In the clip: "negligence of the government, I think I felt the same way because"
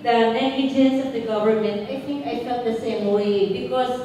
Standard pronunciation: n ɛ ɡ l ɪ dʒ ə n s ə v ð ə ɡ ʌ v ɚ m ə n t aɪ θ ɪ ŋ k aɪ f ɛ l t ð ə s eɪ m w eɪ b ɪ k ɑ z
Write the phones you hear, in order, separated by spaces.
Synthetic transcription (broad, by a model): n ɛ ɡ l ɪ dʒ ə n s ə v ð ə ɡ ʌ v ɚ m ə n t aɪ θ ɪ ŋ k aɪ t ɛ t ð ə s eɪ m w eɪ b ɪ k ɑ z